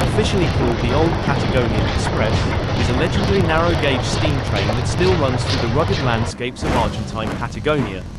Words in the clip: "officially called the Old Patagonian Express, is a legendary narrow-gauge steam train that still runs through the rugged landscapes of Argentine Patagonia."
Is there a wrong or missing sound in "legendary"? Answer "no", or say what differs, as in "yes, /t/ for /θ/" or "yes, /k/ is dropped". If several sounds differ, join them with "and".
yes, /n/ is dropped